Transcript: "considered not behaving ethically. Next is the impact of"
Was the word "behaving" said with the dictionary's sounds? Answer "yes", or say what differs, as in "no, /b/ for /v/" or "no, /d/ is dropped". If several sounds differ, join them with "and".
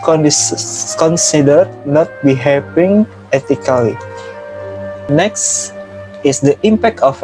no, /p/ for /v/